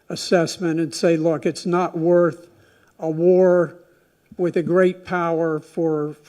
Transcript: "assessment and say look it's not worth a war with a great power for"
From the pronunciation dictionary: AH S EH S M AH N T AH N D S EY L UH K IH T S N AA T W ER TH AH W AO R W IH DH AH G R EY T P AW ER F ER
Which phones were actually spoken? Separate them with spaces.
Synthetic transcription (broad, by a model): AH S EH S M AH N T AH N S EY L UH K IH T S N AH T W ER TH AH W AO R W IH DH AH G R EY T P AW ER F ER